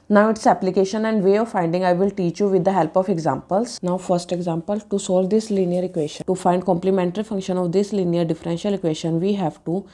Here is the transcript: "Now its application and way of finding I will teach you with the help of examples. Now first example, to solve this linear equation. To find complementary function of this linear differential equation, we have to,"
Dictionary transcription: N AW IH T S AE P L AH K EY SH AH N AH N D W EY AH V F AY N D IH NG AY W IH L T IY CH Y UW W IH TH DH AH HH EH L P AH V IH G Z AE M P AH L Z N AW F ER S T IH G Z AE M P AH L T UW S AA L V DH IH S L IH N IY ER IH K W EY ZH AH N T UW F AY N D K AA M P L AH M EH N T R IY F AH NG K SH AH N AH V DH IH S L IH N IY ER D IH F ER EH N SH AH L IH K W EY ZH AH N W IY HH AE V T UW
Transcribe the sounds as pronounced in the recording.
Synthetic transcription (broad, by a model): N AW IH T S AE P L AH K EY SH AH N AH N D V EY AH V F AY N D IH NG AY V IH L T IY CH Y UW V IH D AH HH EH L P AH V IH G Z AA M P AH L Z N AW F ER S T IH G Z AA M P AH L T UW S AA L V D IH S L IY N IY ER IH K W EY SH AH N T UW F AY N D K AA M P L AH M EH N T R IY F AH NG K SH AH N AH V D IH S L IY N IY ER D IH F ER EH N SH AH L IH K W EY SH AH N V IY HH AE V T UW